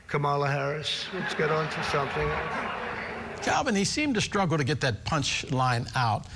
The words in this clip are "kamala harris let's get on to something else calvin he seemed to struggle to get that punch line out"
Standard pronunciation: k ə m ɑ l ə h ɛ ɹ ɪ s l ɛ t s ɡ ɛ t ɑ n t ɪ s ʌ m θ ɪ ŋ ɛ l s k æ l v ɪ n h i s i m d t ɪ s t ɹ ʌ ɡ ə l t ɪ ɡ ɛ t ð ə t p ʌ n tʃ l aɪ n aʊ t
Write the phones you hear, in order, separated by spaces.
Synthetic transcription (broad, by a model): k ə m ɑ l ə h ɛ ɹ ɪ s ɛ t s ɡ ɛ t n t ɪ s ʌ m θ ɪ ŋ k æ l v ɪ n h i s i m t ɪ s t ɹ ʌ ɡ l t ɪ ɡ ɛ t ð ə t p ʌ n tʃ l aɪ n aʊ t